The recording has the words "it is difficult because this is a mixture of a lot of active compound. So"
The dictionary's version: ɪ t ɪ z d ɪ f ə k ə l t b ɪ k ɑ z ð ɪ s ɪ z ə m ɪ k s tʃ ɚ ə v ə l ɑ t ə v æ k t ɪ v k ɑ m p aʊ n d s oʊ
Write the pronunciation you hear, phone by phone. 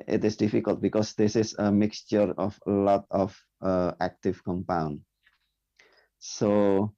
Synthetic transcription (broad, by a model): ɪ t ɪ s d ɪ f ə k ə l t b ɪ k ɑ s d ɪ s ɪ s ə m ɪ k s tʃ ɚ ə f ə l ɑ t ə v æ k t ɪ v k ɑ m p aʊ n d s oʊ